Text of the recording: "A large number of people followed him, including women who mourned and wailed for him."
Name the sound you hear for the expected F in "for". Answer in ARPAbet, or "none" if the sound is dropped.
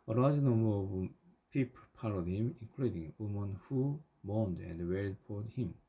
P